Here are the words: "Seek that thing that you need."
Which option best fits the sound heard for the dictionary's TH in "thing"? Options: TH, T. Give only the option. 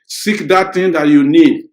T